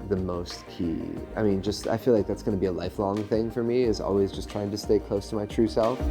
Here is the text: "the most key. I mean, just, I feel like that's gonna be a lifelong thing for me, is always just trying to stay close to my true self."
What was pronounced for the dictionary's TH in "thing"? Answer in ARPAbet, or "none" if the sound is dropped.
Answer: TH